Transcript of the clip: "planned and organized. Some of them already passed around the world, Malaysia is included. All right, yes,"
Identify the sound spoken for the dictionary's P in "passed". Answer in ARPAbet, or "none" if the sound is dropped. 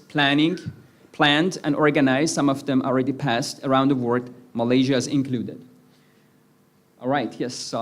P